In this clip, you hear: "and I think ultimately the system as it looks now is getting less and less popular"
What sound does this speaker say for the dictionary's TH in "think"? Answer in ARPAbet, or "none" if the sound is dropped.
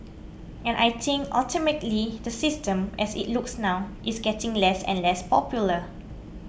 T